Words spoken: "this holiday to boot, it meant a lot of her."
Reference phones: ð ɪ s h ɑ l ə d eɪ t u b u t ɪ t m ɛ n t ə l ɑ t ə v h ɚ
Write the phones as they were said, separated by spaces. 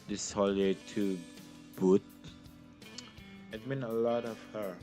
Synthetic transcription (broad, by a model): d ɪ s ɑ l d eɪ t u b u t ɪ t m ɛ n ə l ɑ t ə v h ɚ